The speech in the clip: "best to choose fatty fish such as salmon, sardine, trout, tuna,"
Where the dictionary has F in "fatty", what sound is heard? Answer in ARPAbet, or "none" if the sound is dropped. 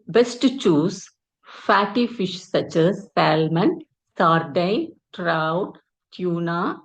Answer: F